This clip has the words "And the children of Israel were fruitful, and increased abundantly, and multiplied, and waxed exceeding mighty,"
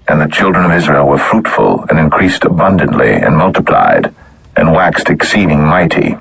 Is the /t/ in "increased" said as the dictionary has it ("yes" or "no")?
yes